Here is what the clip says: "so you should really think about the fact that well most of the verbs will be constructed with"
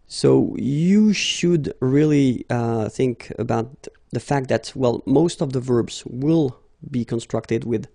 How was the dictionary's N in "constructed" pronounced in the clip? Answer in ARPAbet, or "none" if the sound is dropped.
N